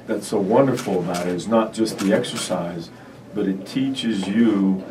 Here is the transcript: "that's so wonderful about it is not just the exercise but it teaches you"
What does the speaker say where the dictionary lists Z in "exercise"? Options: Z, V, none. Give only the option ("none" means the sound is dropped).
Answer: Z